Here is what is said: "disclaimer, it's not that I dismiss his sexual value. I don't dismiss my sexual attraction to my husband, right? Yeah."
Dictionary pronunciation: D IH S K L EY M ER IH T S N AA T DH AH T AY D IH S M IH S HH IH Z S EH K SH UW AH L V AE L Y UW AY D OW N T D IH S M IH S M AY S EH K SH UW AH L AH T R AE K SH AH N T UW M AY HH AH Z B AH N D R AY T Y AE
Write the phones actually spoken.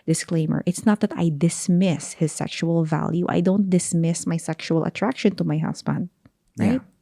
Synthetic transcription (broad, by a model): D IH S K L EY M ER IH T S N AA T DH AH T AY D IH S M IH S HH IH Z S EH K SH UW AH L V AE L Y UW AY D OW N T D IH S M IH S M AY S EH K SH UW AH L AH T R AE K SH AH N T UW M AY HH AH S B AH N D R AY T